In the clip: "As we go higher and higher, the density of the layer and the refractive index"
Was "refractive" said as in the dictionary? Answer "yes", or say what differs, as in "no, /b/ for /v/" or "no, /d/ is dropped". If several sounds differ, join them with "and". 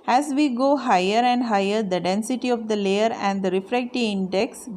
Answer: no, /v/ is dropped